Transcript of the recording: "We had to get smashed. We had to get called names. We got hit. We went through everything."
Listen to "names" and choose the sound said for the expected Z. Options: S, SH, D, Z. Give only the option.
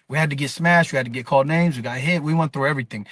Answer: Z